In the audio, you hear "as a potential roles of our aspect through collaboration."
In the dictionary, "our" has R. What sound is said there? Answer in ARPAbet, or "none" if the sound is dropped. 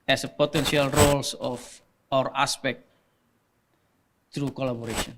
R